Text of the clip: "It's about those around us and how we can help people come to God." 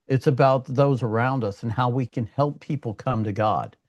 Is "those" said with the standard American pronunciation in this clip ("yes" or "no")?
yes